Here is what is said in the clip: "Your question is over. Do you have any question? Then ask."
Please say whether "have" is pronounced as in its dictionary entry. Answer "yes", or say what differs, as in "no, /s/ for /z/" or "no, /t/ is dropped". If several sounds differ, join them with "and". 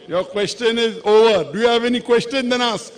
yes